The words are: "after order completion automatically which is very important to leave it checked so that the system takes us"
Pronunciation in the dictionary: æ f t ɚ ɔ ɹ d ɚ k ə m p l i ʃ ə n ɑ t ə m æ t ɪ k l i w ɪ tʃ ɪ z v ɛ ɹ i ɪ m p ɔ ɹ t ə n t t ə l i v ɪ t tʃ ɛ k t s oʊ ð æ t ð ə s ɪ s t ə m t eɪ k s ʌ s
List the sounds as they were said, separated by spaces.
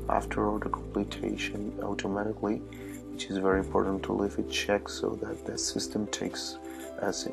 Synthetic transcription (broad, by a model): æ f t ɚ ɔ l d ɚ k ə m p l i ʃ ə n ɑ t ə m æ t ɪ k l i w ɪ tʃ ɪ z v ɛ ɹ i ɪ m p ɔ ɹ t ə n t t ə l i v ɪ t tʃ ɛ k s oʊ ð æ t ð ə s ɪ s t ə m t eɪ k s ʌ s